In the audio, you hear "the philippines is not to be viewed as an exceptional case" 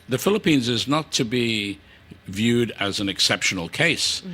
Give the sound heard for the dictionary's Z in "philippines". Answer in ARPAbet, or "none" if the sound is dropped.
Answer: Z